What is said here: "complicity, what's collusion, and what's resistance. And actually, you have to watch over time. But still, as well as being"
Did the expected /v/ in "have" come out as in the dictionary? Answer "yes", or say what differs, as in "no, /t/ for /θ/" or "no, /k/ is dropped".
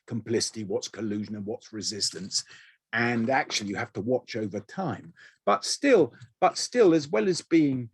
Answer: no, /f/ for /v/